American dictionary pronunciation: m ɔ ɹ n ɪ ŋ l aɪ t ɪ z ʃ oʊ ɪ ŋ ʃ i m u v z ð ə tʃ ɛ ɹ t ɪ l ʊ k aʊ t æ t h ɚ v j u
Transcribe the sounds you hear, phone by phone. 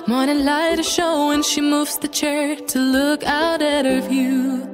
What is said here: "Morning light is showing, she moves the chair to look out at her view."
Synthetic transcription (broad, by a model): m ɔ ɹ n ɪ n l aɪ t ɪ ʃ oʊ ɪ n ʃ i m u v z ð ə tʃ ɛ ɹ t ɪ l ʊ k aʊ t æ t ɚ v j u